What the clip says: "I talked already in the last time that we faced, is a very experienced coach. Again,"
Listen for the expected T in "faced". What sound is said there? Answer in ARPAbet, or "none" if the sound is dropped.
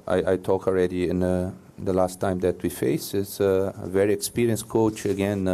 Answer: none